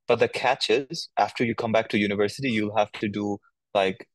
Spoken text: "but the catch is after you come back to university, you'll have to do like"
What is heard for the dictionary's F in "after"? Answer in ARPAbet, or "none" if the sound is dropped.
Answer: F